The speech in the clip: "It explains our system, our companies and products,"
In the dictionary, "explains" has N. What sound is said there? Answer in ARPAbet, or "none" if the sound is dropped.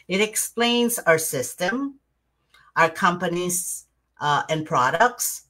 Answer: N